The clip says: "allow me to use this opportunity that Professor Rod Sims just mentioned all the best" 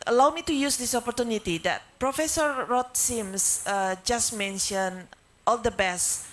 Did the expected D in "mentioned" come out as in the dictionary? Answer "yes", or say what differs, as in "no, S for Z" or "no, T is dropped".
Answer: no, D is dropped